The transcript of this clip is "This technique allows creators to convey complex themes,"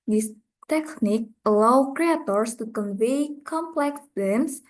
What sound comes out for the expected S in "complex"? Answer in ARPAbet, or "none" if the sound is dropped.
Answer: S